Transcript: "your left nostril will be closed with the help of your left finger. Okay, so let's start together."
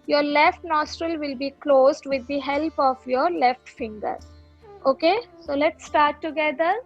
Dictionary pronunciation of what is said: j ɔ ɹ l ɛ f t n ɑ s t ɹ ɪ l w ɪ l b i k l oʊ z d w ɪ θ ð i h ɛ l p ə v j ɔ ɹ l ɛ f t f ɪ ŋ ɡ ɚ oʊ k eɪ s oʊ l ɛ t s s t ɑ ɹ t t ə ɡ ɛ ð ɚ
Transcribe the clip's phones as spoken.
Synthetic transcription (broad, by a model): j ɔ ɹ l ɛ f t n ɑ s t ɹ ɪ l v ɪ l b i k l oʊ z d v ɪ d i h ɛ l p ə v j ɔ ɹ l ɛ f t f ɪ ŋ ɡ ɚ oʊ k eɪ s oʊ l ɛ t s s t ɑ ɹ t t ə ɡ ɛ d ɚ